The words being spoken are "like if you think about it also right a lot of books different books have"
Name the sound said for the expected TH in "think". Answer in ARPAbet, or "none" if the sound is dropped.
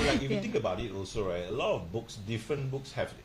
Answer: T